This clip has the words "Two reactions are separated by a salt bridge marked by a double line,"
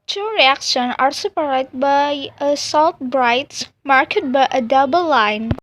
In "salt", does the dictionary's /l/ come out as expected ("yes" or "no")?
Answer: yes